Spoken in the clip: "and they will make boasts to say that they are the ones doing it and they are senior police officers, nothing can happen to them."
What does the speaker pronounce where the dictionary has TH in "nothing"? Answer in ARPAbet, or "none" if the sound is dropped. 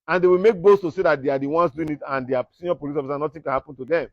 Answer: T